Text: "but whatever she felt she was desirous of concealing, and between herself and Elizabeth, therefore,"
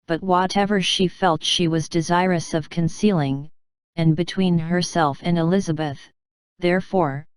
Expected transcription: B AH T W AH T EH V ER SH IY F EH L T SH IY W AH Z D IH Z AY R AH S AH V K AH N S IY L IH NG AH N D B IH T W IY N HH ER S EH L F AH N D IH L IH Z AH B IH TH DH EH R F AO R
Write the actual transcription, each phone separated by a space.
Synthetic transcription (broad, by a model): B AH T W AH T EH V ER SH IY F EH L T SH IY W AH Z D IH Z AY R AH S AH V K AH N S IY L IH NG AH N B IH T W IY N HH ER S EH L F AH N IH L IH Z AH B IH TH DH EH R F AO R